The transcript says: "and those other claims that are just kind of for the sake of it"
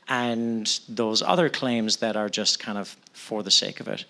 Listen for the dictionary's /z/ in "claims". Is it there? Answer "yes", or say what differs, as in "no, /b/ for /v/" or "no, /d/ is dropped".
yes